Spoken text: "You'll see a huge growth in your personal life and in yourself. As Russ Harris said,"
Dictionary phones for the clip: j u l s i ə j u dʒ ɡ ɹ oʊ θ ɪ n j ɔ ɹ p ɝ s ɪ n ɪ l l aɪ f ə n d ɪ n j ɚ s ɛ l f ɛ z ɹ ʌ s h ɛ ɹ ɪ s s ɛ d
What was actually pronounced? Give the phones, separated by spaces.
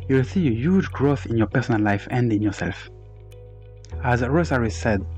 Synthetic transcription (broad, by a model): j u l s i ə j u dʒ ɡ ɹ oʊ θ ɪ n j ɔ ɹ p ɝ s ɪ n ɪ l l aɪ f ə n d ɪ n j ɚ s ɛ l f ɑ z ɹ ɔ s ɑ ɹ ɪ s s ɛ d